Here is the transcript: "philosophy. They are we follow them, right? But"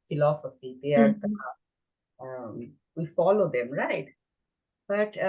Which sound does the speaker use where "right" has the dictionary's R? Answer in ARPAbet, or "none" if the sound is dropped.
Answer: R